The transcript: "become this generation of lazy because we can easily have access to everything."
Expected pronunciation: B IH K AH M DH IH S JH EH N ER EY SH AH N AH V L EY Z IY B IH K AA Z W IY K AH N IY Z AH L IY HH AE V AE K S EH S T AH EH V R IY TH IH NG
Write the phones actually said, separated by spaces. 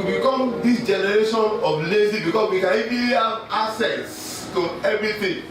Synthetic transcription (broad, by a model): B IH K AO M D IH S JH EH N ER EY SH AH N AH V L EY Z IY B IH K AA S W IY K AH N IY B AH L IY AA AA S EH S T AH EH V R IY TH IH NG